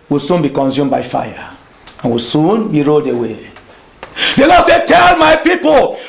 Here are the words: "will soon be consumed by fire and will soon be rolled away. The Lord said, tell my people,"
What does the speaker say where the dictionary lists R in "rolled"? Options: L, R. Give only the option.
R